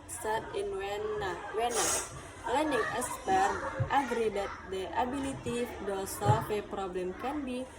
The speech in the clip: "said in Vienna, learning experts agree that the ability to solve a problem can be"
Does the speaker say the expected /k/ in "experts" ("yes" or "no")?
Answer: no